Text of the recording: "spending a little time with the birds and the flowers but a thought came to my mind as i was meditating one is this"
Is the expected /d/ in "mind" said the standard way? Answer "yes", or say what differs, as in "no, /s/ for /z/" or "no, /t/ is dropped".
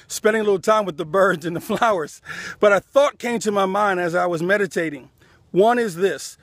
yes